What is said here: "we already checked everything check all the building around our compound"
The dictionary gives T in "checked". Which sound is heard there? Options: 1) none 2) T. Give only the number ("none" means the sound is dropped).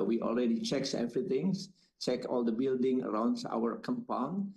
1